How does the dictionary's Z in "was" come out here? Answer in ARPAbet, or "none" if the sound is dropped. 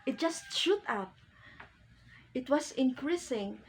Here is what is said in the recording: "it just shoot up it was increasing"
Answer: S